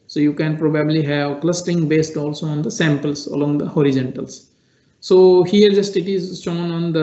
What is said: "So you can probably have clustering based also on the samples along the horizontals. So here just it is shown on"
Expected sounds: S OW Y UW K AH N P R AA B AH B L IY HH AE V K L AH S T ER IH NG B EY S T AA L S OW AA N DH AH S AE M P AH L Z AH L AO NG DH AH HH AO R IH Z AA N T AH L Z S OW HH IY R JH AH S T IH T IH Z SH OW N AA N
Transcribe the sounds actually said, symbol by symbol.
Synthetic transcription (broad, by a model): S OW Y UW K AH N P R AA B AH B L IY HH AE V K L AH S T ER IH NG B EY S T AA L S OW AA N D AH S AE M P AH L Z AH L AO NG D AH HH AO R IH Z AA N T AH L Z S OW HH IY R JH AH S T IH T IH Z S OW N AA N